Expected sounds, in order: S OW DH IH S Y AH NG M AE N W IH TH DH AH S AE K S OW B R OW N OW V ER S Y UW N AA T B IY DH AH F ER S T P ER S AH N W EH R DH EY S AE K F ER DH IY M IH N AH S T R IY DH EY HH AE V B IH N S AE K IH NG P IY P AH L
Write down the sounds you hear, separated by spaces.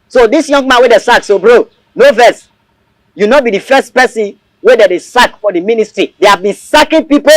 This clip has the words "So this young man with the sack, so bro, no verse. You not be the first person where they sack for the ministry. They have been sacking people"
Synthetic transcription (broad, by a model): S OW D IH S Y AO NG M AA N W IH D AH S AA K S OW B R OW N OW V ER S Y UW N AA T B IY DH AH F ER S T P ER S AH N W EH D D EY S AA K F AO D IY M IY N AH S T R IY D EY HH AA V B IH N S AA K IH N P IY P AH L